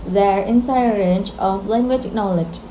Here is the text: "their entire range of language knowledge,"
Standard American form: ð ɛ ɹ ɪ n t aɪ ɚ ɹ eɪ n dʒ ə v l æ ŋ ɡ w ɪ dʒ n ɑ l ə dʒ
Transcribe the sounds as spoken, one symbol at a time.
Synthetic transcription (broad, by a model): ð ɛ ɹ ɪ n s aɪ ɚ ɹ eɪ n dʒ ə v l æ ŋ ɡ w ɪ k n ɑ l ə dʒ